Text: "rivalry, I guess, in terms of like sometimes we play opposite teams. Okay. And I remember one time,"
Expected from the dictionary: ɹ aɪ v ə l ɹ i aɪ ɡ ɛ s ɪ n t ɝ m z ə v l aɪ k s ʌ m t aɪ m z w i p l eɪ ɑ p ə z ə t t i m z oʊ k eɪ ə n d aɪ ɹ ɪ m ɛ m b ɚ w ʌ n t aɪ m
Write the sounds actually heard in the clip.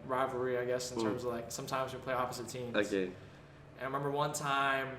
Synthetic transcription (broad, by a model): ɹ aɪ v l ɹ i aɪ ɡ ɛ s n t ɝ m z ə v l aɪ k s ʌ m t aɪ m z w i p l eɪ ɑ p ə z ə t t i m oʊ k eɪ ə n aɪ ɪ m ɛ m b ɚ w ʌ n t aɪ m